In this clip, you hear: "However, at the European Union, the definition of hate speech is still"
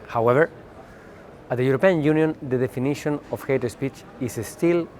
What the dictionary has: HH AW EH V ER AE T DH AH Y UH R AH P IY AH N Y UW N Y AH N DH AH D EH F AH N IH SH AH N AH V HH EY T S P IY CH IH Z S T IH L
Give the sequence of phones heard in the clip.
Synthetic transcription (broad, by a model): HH AW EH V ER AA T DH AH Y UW R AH P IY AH N Y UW N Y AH N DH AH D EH F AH N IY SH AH N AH F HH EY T S P IY CH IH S S T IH L